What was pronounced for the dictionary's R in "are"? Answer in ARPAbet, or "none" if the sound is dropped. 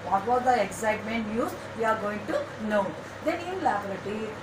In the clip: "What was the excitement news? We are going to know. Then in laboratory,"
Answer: R